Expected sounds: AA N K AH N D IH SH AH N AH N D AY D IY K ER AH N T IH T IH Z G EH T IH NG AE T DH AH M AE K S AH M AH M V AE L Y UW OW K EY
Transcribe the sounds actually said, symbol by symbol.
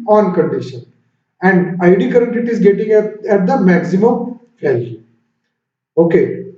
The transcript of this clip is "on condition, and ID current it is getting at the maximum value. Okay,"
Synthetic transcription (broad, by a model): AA N K AH N D IH SH AH N AH N D AY D IY K ER AH N T IH T IH Z G EH T IH NG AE T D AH M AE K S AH M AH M F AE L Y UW OW K EY